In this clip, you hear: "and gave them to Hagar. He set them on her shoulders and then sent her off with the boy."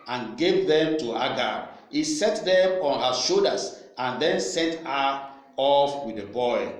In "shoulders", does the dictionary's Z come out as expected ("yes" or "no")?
no